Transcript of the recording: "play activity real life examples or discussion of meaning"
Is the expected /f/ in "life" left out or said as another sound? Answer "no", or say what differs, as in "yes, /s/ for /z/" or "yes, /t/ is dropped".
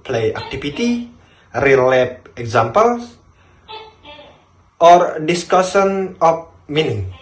yes, /p/ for /f/